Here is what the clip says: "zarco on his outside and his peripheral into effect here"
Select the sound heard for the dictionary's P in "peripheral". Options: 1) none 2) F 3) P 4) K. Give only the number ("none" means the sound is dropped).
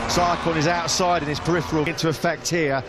3